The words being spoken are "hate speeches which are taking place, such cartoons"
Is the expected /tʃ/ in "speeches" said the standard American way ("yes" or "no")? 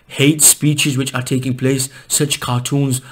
yes